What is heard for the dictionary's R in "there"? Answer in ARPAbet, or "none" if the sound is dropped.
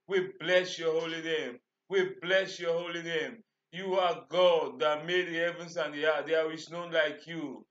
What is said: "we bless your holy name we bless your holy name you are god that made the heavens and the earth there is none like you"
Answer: W